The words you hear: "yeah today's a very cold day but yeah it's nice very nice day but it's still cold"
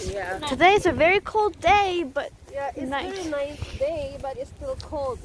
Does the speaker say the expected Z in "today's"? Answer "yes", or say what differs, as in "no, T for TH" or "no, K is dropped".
no, S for Z